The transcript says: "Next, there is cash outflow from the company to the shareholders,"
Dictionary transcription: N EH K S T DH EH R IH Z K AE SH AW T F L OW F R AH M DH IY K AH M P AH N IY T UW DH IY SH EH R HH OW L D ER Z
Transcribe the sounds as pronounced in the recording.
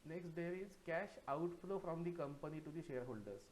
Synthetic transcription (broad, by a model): N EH K S T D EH R IH Z K AE SH AW T F L OW F R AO M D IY K AH M P AH N IY T UW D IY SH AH R HH OW L D ER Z